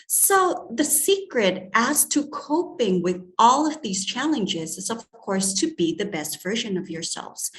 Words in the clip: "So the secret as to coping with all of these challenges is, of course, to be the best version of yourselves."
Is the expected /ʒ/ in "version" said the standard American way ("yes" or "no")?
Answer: yes